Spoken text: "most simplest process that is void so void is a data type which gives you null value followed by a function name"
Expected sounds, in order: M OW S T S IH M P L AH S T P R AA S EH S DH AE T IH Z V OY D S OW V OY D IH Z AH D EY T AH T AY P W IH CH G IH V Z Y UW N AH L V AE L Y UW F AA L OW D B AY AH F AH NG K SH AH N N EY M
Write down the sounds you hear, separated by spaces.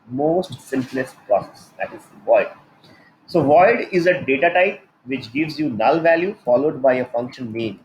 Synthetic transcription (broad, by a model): M OW S T S IH M P L AH S T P R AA S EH S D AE T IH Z V OY D S OW V OY D IH Z AH D EY T AH T AY P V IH CH G IH V Z Y UW N AH L V AE L Y UW F AA L OW D B AY AH F AH NG K SH AH N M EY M